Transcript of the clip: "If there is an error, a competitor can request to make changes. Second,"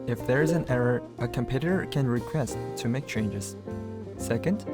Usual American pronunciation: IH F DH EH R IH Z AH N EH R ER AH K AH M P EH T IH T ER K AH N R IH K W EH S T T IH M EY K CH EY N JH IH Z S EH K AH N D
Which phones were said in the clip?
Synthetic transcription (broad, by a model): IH F DH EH R IH Z AH N EH R ER AH K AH M P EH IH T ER K AH N R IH K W EH S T T IH M EY K CH EY N JH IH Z S EH K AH N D